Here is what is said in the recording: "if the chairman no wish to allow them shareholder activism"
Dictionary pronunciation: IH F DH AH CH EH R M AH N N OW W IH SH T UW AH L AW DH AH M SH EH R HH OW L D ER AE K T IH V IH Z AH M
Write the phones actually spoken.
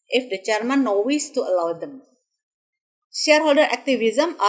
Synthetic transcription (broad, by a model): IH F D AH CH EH R M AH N N OW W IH S T UW AH L AW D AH M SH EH R HH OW L D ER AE K T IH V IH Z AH M